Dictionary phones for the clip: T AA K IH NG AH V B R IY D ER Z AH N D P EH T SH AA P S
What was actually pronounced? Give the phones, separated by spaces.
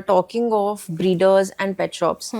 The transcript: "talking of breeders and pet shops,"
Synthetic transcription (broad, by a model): T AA K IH NG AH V B R IY D ER Z AH N D P EH T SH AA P S